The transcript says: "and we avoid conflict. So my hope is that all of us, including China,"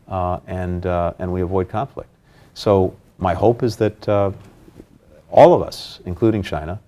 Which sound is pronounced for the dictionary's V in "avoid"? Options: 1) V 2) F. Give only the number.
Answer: 1